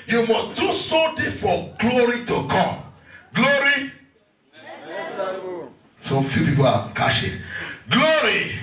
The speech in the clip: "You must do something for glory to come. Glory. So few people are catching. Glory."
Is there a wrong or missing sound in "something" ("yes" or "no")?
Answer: yes